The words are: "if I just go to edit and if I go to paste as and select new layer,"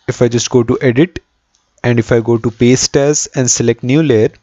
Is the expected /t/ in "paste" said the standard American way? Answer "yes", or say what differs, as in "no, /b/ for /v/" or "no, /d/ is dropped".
yes